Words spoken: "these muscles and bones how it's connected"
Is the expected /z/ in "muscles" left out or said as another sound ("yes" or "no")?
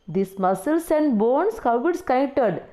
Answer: yes